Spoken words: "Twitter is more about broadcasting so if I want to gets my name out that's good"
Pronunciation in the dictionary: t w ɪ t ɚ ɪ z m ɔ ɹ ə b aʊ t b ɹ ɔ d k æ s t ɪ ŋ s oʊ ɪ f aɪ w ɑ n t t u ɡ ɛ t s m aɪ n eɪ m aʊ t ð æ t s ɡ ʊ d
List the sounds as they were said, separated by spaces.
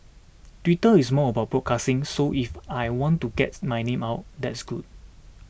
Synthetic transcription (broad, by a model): t w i t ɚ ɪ s m ɔ ə b aʊ t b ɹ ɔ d k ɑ s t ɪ ŋ s oʊ ɪ f aɪ w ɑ n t t u ɡ ɛ t m aɪ n eɪ m aʊ t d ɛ t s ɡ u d